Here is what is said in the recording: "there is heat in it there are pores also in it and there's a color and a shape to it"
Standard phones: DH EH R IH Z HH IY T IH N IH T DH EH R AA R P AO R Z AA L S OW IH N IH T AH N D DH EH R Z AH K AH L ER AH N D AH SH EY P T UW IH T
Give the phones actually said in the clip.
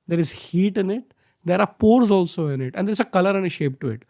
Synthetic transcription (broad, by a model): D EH R IH Z HH IY T IH N IH T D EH R AA R P AO R Z AA L S OW IH N IH T AH N D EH R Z AH K AH L ER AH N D AH SH EY P T UW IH T